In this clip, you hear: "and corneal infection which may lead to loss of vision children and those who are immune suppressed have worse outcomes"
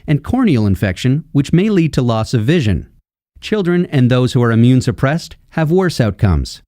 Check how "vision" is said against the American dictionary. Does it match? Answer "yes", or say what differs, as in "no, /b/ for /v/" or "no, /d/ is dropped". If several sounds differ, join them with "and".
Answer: yes